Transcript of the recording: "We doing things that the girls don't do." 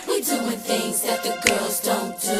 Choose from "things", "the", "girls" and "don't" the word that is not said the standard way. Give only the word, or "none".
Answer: none